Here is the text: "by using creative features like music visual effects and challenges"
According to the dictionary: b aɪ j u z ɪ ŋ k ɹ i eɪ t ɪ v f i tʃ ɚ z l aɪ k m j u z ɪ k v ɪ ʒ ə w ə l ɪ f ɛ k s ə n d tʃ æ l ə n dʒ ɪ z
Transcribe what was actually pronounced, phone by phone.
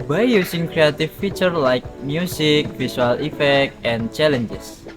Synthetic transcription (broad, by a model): b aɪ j u s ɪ ŋ k ɹ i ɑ t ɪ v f i tʃ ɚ l aɪ k m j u s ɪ k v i s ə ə l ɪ f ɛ k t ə n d tʃ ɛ l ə n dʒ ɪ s